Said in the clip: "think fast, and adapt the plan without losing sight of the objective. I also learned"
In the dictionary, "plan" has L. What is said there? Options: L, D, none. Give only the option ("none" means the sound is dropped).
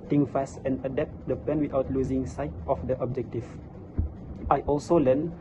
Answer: none